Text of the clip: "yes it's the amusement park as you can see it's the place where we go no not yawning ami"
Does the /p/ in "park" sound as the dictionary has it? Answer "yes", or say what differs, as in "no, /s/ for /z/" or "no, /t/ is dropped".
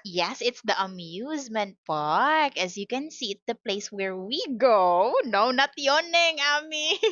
no, /f/ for /p/